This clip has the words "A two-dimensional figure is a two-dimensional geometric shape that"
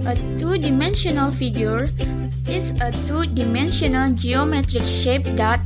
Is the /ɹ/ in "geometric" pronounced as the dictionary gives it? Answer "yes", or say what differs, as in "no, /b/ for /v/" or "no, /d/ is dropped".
yes